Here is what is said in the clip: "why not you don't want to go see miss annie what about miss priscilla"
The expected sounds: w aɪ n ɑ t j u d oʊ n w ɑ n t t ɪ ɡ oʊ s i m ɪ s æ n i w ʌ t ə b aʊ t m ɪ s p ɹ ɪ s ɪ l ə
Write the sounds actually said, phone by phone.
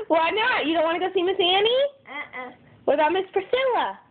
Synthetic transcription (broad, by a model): w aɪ n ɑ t j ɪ d oʊ n w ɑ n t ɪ ɡ oʊ s i m ɪ s æ n i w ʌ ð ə ʊ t m ɪ s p ɹ s ɪ l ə